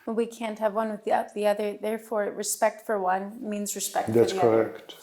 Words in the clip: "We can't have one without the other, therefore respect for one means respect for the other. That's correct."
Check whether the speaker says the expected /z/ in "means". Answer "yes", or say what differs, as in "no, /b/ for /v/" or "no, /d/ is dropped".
yes